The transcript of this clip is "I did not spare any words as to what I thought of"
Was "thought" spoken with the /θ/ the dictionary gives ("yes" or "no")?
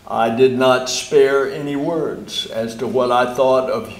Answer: yes